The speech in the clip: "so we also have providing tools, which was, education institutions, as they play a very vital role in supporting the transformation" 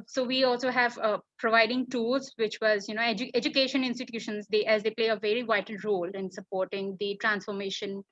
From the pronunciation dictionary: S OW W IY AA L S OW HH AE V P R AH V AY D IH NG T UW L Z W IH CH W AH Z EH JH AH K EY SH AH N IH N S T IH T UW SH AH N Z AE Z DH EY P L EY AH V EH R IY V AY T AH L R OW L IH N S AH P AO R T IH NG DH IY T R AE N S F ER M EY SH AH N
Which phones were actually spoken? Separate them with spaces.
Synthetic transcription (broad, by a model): S OW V IY AA L S OW HH AE V P R AH V AY D IH NG T UW L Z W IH CH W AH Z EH JH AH K EY SH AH N IH N S T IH T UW SH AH N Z AE Z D EY P L EY AH V EH R IY V AY T AH L R OW L IH N S AH P AO R T IH NG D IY T R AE N S F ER M EY SH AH N